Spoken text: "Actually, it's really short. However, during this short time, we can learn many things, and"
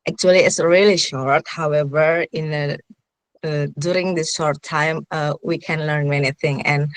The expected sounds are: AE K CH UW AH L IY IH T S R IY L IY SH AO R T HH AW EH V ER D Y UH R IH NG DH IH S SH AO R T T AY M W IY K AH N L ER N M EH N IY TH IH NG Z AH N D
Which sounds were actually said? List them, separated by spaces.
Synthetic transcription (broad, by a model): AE K CH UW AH L IY IH T S R IY L IY SH AO R T HH AW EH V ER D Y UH R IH NG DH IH S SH AO R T T AY M W IY K AH N L ER N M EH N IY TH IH NG AH N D